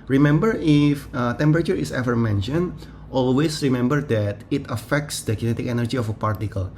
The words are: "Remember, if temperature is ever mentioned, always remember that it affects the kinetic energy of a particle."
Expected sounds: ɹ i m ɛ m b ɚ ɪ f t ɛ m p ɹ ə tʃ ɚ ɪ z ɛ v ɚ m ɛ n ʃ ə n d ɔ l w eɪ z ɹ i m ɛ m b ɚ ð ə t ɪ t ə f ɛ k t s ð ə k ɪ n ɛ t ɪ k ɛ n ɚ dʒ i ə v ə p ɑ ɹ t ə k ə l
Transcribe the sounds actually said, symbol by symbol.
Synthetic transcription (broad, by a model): ɹ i m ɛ m b ɚ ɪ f t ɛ m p ɹ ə tʃ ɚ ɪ s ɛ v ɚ m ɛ n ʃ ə n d ɔ l w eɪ s ɹ i m ɛ m b ɚ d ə t ɪ t ə f ɛ k t s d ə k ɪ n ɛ t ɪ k ɛ n ɚ dʒ i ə f ə p ɑ ɹ t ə k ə l